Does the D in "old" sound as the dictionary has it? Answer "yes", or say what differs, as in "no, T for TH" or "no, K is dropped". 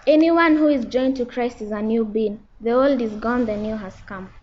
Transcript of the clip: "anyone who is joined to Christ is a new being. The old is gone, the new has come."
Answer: yes